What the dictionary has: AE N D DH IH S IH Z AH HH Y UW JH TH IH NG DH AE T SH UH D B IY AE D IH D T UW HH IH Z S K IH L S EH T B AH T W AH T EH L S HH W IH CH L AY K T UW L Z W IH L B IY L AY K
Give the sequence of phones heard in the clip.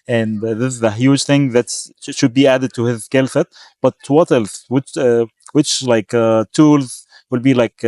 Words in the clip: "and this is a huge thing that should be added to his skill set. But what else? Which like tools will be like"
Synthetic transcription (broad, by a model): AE N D DH IH S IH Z AH HH Y UW JH TH IH NG DH AE T SH UH D B IY AE D IH D T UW HH IH Z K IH L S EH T B AH T W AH T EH L S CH W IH CH L AY K T UW L Z W IH L B IY L AY K